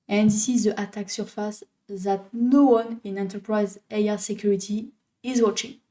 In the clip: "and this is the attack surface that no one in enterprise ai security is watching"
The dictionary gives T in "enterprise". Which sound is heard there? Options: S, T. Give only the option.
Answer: T